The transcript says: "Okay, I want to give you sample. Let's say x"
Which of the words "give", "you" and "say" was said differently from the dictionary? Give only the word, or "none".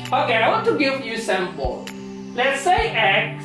give